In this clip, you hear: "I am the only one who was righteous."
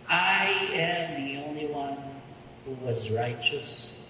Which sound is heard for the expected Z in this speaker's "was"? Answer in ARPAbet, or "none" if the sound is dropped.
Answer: Z